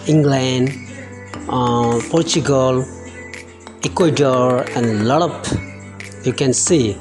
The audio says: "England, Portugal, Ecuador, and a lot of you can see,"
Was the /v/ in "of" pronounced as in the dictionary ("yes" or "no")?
no